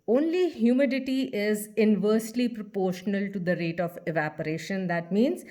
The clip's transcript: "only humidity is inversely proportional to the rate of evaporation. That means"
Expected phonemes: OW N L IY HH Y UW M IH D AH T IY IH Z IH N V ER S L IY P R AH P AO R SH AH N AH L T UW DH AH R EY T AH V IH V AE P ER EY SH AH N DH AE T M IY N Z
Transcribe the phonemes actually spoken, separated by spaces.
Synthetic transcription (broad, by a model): OW N L IY HH Y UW M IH D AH T IY IH Z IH N V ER S L IY P R AH P AO R SH AH N AH L T UW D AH R EY T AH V IH V AE P ER EY SH AH N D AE T M IY N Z